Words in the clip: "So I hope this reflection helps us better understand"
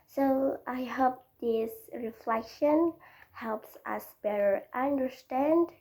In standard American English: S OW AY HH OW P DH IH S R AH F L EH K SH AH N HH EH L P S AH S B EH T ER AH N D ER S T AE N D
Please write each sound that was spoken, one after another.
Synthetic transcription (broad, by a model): S OW AY HH OW P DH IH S R AH F L EH K SH AH N HH EH L P S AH S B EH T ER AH N D ER S T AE N D